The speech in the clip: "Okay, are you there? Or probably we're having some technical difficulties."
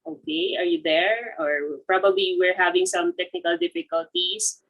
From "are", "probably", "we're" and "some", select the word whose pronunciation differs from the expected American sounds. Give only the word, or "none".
none